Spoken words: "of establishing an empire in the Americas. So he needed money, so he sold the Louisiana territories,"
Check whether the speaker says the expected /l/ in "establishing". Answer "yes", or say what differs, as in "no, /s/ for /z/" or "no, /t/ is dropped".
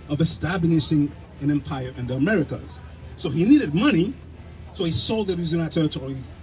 no, /n/ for /l/